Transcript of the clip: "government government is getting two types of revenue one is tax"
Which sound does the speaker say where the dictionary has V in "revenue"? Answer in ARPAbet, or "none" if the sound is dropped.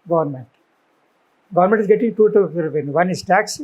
P